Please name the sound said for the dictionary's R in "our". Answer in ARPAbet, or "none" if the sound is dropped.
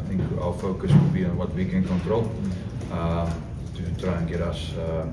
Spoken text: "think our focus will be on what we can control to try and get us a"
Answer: L